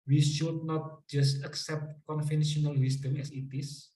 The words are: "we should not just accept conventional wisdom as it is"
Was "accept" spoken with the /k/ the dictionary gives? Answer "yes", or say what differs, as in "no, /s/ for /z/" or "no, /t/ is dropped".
yes